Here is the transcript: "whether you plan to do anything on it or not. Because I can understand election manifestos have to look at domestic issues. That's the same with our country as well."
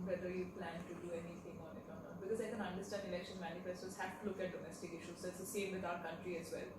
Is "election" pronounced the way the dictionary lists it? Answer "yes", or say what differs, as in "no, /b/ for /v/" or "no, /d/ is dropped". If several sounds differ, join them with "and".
yes